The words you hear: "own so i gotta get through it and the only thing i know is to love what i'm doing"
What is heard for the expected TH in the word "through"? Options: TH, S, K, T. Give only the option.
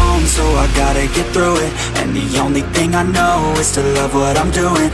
TH